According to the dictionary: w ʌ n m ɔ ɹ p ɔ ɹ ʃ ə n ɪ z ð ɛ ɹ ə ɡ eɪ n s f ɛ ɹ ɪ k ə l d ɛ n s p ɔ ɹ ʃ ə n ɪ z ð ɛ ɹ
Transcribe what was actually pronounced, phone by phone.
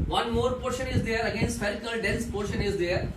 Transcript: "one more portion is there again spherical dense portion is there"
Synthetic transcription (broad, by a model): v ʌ n m ɔ ɹ p ɔ ɹ ʃ ə n ɪ z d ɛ ɹ ə ɡ eɪ n s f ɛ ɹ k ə l d ɛ n s p ɔ ɹ ʃ ə n ɪ z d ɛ ɹ